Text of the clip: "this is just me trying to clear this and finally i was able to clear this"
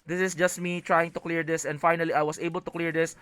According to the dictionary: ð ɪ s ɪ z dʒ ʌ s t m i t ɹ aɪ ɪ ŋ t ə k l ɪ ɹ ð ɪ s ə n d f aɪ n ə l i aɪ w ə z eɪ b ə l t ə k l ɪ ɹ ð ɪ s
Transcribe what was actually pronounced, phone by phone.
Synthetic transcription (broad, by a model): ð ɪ s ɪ s dʒ ʌ s t m i t ɹ aɪ ɪ ŋ t ə k l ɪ ɹ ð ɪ s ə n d f aɪ n ə l i aɪ w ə s eɪ b ə l t ə k l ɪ ɹ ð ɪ s